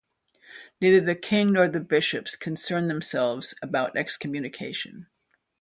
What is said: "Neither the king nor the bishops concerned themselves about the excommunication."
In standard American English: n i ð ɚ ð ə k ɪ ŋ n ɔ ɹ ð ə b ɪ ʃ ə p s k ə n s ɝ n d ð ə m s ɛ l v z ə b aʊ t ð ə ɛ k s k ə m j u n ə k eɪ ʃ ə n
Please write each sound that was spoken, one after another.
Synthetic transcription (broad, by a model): n i ð ɚ ð ə k ɪ ŋ n ɔ ɹ ð ə b ɪ ʃ ə p s k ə n s ɝ n ð ə m s ɛ l v z ə b aʊ t ɛ k s k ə m j u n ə k eɪ ʃ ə n